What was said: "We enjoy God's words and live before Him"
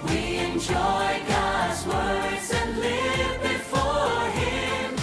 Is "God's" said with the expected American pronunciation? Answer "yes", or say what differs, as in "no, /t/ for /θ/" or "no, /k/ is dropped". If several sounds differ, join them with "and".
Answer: yes